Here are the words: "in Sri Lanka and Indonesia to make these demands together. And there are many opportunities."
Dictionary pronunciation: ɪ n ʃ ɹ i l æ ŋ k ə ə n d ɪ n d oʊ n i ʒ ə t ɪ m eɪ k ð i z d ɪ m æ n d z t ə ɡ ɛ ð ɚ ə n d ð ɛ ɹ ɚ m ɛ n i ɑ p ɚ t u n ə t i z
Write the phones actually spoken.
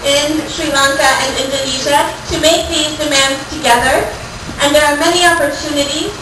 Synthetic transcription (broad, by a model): ɪ n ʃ ɹ i l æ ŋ k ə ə n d ɪ n d oʊ n i ʒ ə t ɪ m eɪ k ð i z d ɪ m æ n d z t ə ɡ ɛ ð ɚ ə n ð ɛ ɹ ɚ m ɛ n i ɑ p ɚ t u n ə t i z